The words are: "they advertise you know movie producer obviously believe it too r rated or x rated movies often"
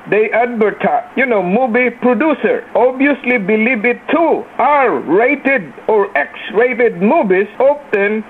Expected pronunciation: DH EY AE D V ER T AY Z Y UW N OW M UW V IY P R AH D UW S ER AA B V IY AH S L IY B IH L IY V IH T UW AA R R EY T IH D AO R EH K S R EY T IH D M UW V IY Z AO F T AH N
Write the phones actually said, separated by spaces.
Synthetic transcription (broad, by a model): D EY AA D B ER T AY Y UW N OW M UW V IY P R AH D UW S ER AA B IY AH S L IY B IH L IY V IH T UW AA R R EY T IH D AO R EH K S R EY T IH D M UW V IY S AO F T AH N